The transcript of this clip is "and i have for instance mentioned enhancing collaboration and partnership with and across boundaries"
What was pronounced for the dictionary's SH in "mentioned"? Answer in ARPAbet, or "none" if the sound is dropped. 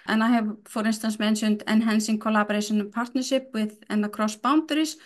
S